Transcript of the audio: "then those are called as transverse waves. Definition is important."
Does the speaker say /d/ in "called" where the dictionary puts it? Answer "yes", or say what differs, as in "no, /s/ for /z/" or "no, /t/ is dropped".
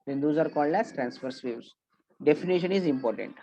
yes